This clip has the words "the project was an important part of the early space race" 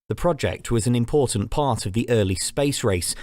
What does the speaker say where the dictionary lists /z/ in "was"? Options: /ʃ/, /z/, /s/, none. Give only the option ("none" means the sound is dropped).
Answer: /z/